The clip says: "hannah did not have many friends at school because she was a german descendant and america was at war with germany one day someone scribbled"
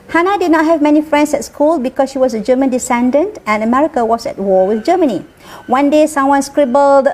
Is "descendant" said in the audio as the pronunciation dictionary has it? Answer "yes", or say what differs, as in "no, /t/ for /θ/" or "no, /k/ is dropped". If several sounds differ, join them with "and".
yes